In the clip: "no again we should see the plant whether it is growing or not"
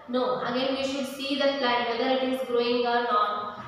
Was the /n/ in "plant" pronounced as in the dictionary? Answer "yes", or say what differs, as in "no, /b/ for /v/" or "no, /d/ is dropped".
no, /n/ is dropped